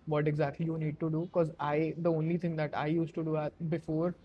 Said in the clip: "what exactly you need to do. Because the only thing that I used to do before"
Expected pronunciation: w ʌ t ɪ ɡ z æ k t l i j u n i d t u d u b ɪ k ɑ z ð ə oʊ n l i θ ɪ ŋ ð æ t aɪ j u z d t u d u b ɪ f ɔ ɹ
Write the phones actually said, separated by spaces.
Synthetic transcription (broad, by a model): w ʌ t ɪ ɡ z æ k t l i j u n i d t u d u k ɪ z ɑ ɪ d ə oʊ n l i t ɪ ŋ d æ t aɪ j u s t u d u b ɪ f ɔ ɹ